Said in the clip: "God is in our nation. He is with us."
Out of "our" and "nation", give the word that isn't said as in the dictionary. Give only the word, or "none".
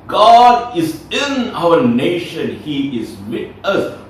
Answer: none